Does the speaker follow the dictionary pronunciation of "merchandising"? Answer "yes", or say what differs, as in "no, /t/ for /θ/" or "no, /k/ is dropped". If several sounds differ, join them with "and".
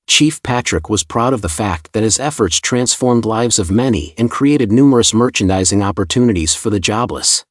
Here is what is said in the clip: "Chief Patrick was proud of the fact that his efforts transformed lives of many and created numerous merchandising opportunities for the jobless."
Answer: yes